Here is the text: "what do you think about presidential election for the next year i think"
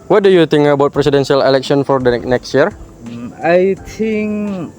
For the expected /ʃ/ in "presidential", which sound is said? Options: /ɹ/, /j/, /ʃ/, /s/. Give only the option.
/s/